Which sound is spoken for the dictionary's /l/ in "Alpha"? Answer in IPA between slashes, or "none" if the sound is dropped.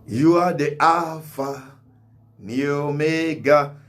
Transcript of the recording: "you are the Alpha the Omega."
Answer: none